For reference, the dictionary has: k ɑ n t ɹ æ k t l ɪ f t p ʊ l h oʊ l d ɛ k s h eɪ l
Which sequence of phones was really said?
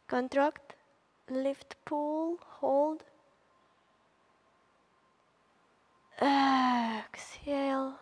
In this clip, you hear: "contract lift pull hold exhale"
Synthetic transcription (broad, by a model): k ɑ n t ɹ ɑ k t l ɪ f t p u l h oʊ l d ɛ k s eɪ l